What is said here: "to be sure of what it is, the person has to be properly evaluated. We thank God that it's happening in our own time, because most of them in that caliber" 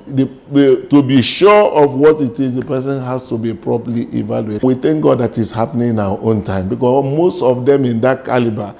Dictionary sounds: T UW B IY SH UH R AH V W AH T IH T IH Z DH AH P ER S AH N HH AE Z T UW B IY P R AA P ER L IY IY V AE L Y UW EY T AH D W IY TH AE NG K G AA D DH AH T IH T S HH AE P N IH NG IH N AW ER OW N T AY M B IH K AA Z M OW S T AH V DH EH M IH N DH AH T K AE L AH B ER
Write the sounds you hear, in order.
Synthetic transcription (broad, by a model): T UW B IY SH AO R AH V W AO T IH T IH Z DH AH P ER S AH N HH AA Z T UW B IY P R AA P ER L IY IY V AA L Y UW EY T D W IY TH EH NG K G AA D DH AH T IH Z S HH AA P N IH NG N AW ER OW N T AY M B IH K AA M OW S T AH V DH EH M IH N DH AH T K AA L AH B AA